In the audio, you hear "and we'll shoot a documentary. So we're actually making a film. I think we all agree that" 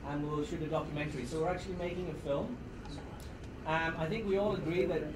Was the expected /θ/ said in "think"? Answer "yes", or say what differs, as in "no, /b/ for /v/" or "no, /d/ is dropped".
yes